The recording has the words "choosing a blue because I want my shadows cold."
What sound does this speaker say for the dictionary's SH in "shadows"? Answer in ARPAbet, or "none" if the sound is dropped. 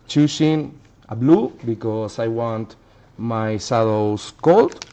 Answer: S